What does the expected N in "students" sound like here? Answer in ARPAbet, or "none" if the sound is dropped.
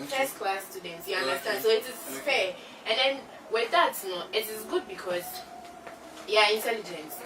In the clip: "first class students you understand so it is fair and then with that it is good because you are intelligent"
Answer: N